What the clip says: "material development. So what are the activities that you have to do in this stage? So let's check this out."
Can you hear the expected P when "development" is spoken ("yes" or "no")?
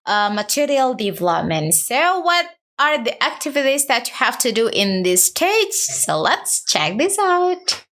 yes